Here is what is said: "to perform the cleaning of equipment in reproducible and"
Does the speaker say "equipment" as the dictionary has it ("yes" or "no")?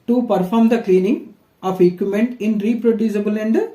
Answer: no